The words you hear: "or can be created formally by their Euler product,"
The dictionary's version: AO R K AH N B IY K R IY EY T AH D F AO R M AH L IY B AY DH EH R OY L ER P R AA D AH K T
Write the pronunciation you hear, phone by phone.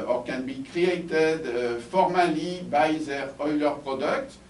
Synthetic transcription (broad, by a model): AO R K AH N B IY K R IY EY T AH D F AO R M AH L IY B AY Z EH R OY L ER P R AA D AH K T